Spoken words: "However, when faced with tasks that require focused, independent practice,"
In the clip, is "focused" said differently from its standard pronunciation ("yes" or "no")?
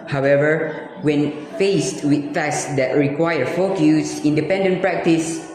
yes